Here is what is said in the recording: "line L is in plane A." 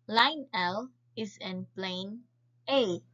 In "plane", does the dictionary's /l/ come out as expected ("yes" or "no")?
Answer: yes